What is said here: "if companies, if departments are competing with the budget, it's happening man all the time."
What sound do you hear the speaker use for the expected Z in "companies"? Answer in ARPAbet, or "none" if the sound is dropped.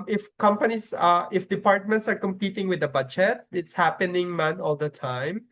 S